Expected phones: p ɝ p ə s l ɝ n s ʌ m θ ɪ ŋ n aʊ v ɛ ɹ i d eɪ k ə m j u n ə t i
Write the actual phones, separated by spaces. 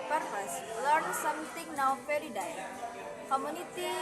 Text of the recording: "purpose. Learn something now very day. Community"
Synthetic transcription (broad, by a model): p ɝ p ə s l ɝ n s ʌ m t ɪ ŋ n aʊ f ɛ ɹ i d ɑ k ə m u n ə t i